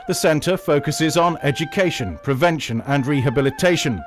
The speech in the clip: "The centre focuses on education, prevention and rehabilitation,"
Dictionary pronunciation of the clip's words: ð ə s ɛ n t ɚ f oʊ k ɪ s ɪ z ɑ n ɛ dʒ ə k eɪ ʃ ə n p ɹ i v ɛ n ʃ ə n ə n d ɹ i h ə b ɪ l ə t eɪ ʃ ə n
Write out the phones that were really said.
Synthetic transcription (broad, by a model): ð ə s ɛ n t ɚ f oʊ k ɪ s ɪ z n ɛ dʒ ə k eɪ ʃ ə n p ɹ i v ɛ n ʃ ə n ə n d ɹ i h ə b ɪ l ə t eɪ ʃ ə n